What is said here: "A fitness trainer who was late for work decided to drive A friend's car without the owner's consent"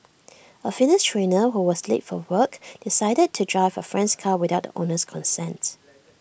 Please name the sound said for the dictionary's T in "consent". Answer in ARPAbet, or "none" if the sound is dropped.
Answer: T